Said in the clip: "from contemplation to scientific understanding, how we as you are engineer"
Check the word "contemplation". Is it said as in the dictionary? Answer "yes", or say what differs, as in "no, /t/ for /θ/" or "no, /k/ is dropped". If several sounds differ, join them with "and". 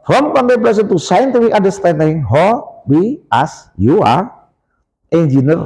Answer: no, /s/ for /ʃ/